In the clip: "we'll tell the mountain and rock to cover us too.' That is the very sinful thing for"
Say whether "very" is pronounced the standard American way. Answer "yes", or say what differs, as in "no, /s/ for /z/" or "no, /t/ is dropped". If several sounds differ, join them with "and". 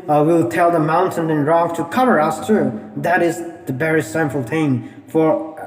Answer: no, /b/ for /v/